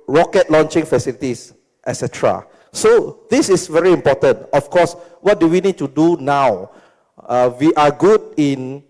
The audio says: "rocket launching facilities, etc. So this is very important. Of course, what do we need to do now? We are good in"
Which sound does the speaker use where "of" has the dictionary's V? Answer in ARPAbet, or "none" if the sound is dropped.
F